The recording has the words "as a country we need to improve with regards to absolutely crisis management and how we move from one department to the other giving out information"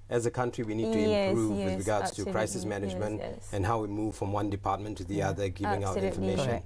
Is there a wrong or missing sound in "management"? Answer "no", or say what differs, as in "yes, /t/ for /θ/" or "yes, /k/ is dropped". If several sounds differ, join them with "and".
no